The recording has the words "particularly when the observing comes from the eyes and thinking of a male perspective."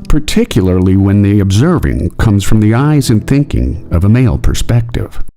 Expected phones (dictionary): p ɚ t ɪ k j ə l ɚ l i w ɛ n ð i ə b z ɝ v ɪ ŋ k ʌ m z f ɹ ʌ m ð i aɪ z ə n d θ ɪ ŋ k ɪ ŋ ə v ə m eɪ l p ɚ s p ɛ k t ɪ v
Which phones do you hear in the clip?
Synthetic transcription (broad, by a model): p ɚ t ɪ k j l ɚ l i w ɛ n ð i ə b z ɝ v ɪ ŋ k ʌ m z f ɹ ʌ m ð i aɪ z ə n θ ɪ ŋ k ɪ ŋ ə v ə m eɪ l p ɚ s p ɛ k t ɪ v